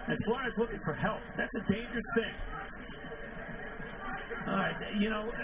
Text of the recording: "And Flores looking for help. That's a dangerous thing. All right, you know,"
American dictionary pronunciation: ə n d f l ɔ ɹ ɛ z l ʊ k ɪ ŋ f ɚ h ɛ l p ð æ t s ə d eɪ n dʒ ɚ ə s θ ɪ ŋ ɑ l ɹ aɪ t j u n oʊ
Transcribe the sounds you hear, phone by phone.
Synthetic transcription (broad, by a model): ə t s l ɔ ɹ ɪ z l ʊ k ɪ ŋ f ɚ h ɛ l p ð æ t s ə d eɪ n dʒ ɚ ə s θ ɪ ŋ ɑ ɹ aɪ j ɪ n oʊ